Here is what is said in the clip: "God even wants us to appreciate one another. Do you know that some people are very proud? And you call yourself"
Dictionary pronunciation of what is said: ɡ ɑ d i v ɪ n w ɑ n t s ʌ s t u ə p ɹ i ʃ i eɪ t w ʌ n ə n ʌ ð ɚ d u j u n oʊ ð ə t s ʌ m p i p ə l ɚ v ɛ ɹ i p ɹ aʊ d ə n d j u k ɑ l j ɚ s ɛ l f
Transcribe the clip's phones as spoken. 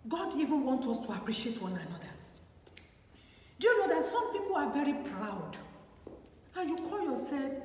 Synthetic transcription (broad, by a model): ɡ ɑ d i v ɪ n w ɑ n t ʌ s t u ə p ɹ i ʃ i eɪ t w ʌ n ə n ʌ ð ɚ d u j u n oʊ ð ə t s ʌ m p i p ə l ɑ v ɛ ɹ i p ɹ aʊ d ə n j u k ɑ l j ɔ s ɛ l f